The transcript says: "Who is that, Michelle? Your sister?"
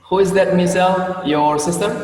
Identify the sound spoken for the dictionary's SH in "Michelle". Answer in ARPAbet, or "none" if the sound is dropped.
S